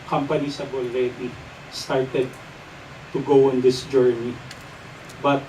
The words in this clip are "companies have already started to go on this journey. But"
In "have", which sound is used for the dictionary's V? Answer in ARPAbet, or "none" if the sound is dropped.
B